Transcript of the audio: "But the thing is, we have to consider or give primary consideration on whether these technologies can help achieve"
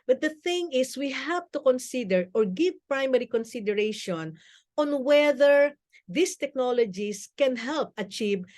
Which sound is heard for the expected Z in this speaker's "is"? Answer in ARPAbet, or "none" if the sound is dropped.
S